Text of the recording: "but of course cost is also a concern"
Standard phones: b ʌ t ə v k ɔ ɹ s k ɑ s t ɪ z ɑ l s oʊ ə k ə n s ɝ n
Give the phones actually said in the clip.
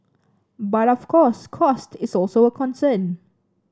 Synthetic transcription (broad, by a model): b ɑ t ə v k ɔ s k ɑ s t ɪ s ɑ l s oʊ ə k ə n s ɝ n